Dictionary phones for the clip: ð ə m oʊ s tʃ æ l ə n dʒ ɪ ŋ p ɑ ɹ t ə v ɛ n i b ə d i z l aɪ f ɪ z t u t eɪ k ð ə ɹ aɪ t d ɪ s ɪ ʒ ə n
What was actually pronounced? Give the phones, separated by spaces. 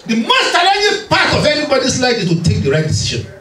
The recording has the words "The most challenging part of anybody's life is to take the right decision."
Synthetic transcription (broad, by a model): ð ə m oʊ s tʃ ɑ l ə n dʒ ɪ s p ɑ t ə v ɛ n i b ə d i s l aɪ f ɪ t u t eɪ k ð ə ɹ aɪ t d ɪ s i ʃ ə n